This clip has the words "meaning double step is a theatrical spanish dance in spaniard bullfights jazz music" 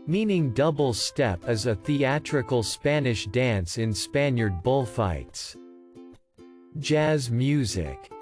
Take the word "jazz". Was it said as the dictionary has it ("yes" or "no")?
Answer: yes